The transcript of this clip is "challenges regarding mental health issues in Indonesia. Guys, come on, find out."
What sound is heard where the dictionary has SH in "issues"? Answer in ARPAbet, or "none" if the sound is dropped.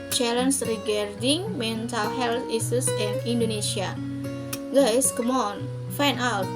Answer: S